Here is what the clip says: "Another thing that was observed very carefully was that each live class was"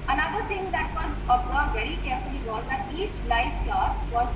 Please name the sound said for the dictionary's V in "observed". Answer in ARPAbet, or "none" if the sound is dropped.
none